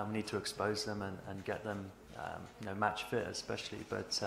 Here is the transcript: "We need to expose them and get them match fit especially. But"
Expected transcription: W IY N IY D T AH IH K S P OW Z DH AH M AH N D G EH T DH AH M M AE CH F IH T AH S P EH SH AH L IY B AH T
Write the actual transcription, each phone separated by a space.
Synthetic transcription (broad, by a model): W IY N IY D T AH IH K S P OW Z DH AH M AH N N G EH T DH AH M M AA CH F IH T AH S P EH SH AH L IY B AH T